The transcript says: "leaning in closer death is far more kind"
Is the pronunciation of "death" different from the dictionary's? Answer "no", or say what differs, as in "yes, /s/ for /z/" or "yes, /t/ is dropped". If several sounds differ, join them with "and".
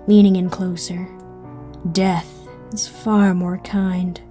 no